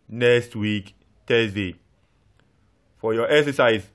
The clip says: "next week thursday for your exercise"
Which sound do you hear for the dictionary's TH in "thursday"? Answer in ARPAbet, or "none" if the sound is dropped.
T